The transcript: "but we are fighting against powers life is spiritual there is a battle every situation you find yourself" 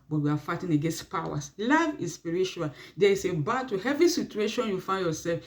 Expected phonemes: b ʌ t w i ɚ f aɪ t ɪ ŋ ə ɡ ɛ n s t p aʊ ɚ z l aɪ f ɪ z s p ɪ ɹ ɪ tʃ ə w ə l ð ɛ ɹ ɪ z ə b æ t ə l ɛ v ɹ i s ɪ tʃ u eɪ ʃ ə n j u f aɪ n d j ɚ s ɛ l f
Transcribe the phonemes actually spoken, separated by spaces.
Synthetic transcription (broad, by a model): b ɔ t w i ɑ f aɪ t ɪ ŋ ə ɡ ɛ n s t p aʊ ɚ s l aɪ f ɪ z s p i ɹ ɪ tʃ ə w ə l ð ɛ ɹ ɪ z ə b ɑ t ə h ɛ v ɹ i s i tʃ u eɪ ʃ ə n j u f aɪ n d j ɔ s ɛ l f